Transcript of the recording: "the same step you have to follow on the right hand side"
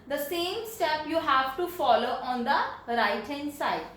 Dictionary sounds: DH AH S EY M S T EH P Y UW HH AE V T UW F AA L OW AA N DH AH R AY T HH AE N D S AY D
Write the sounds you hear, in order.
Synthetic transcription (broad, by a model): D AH S EY M S T EH P Y UW HH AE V T UW F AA L OW AA N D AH R AY T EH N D S AY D